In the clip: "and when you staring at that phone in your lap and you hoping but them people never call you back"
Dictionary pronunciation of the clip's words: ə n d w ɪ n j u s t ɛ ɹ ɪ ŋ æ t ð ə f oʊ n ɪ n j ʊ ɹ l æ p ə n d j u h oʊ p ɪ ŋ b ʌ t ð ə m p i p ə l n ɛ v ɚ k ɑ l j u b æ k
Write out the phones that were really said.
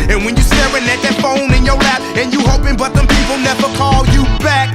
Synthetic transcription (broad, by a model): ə n w ɪ n j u s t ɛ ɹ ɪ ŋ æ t ð ə f oʊ n ɪ n j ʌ ɹ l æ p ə n j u h oʊ p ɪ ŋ b ʌ t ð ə m p i p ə l n ɛ v ɚ k ɑ l j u b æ k